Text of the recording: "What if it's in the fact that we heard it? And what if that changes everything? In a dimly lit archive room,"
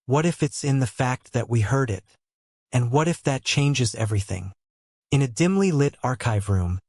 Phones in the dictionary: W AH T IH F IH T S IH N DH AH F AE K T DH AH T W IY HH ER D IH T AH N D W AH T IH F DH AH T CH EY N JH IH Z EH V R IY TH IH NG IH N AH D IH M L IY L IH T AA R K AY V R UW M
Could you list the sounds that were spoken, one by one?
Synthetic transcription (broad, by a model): W AH T IH F IH T S IH N DH AH F AE K T DH AH T W IY HH ER D IH T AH N W AH T IH F DH AH T CH EY N JH IH Z EH V R IY TH IH NG IH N AH D IH M L IY L IH T AA R K AY V R UW M